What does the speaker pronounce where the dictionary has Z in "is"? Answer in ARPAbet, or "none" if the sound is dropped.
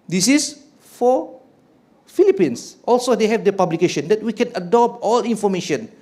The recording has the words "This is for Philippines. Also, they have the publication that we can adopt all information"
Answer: S